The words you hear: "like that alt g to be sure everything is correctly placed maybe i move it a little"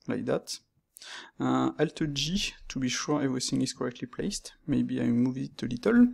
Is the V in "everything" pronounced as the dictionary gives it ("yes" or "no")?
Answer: yes